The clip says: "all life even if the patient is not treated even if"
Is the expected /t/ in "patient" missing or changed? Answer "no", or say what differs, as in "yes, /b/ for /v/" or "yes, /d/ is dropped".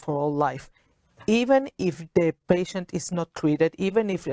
no